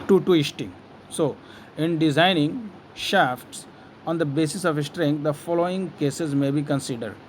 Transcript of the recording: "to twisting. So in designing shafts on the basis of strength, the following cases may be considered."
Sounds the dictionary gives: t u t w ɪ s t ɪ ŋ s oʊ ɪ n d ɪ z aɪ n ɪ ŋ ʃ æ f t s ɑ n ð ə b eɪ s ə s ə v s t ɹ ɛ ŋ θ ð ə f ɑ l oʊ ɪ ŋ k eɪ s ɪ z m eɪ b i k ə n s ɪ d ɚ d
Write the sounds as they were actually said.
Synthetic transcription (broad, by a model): t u t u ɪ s t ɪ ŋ s oʊ ɪ n d ɪ z aɪ n ɪ ŋ ʃ æ f t s ɑ n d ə b eɪ s ə s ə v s t ɹ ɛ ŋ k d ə f ɑ l oʊ ɪ ŋ k eɪ s ɪ z m eɪ b i k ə n s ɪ d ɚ d